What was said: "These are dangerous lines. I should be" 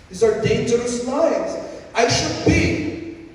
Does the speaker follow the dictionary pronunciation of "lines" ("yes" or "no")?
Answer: no